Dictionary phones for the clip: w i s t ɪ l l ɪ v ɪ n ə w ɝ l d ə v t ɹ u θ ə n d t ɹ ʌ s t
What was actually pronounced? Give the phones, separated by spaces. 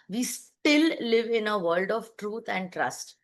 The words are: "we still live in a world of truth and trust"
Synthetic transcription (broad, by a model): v i s t ɪ l l ɪ v ɪ n ə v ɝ l d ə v t ɹ u t ə n d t ɹ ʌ s t